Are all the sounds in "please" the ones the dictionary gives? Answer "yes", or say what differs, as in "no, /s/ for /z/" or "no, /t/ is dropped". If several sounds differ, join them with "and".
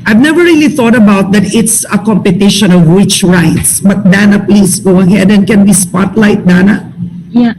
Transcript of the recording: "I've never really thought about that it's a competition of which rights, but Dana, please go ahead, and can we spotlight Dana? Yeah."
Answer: no, /s/ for /z/